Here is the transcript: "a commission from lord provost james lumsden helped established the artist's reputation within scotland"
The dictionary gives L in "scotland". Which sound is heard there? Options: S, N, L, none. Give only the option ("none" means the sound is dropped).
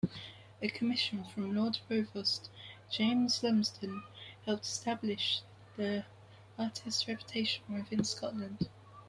L